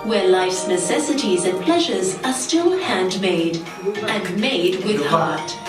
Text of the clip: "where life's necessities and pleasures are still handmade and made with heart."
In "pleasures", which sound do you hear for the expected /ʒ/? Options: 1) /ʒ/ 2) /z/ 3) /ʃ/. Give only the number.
1